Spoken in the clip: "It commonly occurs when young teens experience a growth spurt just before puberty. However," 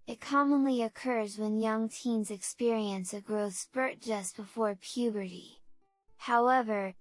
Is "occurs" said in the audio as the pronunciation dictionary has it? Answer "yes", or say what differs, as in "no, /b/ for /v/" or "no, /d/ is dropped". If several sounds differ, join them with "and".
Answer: yes